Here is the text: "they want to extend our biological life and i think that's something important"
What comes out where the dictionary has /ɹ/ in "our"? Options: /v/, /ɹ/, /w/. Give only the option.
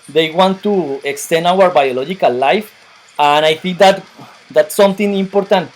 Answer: /ɹ/